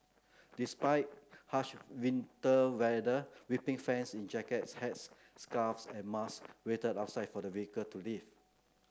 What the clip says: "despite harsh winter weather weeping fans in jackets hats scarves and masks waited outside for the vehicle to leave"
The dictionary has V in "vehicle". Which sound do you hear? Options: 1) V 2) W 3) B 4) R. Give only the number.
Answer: 2